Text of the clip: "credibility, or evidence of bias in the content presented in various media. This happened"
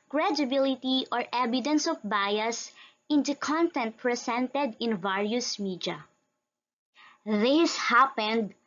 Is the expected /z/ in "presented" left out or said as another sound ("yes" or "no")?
yes